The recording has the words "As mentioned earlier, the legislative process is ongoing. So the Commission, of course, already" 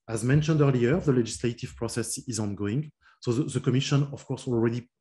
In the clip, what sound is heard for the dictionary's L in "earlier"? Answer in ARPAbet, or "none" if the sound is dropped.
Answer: L